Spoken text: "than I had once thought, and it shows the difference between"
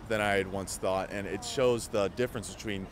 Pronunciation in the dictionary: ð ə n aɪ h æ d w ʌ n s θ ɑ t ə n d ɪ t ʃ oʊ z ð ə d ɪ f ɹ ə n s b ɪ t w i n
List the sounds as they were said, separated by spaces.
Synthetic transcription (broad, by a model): ð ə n aɪ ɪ d w ʌ n s θ ɑ t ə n ɪ t ʃ oʊ z ð ə d ɪ f ɹ ə n s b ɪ t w i n